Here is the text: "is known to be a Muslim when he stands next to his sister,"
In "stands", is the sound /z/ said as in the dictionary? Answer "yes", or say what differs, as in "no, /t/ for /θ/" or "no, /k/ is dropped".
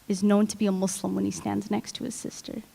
yes